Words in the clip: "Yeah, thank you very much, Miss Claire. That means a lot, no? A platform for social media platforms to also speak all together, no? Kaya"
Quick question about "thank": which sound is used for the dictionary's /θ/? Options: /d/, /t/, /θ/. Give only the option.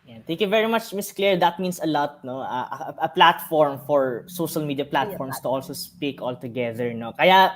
/t/